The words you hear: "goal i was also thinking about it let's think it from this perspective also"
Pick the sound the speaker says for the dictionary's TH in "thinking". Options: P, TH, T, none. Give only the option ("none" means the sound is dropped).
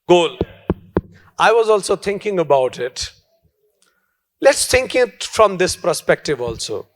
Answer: T